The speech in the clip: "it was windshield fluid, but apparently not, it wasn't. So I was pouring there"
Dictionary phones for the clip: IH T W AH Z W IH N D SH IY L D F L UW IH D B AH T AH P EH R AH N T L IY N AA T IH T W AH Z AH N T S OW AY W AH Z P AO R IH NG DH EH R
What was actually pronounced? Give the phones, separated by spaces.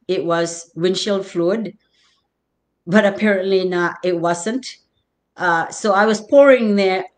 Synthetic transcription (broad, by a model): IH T W AH Z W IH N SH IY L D F L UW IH D B AH T AH P EH R AH N T L IY N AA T IH T W AH Z AH N T S OW AY W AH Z P AO R IH NG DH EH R